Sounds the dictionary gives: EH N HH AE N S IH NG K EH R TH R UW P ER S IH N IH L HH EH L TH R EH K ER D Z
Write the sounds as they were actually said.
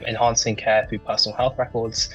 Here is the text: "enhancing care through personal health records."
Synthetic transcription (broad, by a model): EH N HH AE N S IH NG K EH TH R UW P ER S N L HH EH L TH R EH K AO D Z